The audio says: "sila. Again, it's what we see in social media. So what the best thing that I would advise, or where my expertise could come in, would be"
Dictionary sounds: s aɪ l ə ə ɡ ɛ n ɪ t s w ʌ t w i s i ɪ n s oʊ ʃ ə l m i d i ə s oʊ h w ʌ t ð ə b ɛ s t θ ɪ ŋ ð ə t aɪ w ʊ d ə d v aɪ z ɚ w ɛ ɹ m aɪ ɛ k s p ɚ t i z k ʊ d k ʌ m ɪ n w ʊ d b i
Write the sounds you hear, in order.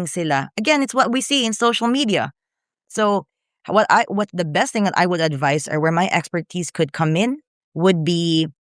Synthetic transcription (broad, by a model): s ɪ l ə ə ɡ ɛ n ɪ t s w ʌ t w i s i ɪ n s oʊ ʃ l m i d i ə s oʊ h w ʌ t ð ə b ɛ s t θ ɪ ŋ ð ə t aɪ w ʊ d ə d v aɪ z ɚ w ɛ ɹ m aɪ ɛ k s p ɚ t i z k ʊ d k ʌ m ɪ n w ʊ d b i